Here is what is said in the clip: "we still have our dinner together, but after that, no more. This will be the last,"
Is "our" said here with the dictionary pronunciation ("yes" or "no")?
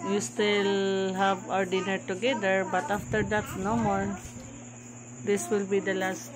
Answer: yes